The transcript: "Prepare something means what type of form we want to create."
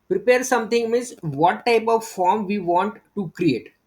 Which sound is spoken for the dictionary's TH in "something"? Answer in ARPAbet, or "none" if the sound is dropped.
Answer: T